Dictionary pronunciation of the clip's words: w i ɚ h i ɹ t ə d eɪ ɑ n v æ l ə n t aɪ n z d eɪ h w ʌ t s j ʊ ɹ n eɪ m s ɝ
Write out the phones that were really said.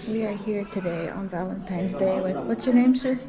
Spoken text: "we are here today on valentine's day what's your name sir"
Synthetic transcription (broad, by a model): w i ɚ h i ɹ t ə d eɪ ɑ n v æ l ə n t aɪ n z d eɪ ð w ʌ t s j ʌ ɹ n eɪ m s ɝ